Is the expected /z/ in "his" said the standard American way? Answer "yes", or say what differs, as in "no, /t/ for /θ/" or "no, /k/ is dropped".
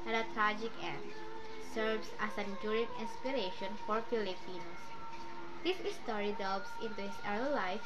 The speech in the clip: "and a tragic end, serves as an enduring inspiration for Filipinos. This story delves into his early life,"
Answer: no, /s/ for /z/